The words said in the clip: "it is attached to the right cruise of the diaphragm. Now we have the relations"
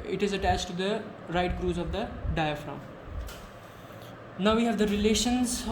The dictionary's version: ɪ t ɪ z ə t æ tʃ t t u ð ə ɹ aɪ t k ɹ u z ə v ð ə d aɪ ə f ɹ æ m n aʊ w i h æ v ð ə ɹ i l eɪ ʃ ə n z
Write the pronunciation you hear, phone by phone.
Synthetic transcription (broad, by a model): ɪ t ɪ z ə t æ tʃ t t u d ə ɹ aɪ t k ɹ u z ə v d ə d aɪ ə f ɹ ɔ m n aʊ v i h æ v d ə ɹ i l eɪ ʃ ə n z